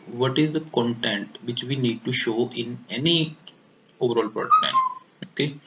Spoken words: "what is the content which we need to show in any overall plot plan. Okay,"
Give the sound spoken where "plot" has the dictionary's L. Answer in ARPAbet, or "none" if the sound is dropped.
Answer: none